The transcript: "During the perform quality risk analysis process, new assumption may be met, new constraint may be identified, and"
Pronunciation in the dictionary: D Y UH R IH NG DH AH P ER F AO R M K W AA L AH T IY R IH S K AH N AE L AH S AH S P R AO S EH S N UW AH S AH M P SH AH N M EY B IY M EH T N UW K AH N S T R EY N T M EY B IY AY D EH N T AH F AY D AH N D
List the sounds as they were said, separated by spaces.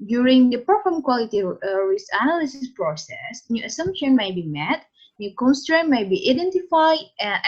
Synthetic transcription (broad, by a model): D Y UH R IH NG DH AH P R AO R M K W AA L AH T IY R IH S AH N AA L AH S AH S P R AO S EH S N UW AH S AH M P SH AH N M EY B IY M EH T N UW K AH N S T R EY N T M EY B IY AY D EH N T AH F AY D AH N